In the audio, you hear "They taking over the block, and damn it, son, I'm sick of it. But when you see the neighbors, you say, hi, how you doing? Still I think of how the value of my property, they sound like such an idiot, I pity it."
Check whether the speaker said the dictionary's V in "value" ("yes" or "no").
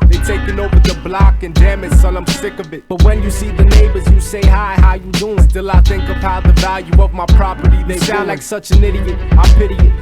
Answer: yes